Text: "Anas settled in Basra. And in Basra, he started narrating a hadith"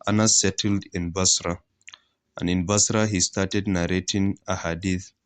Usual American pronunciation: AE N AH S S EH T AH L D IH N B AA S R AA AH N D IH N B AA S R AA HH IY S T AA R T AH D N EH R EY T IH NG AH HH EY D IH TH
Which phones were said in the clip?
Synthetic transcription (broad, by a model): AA N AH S S EH T AH L D IH N B AA S R AA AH N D IH N B AA S R AA HH IY S T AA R T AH D N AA R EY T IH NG AH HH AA D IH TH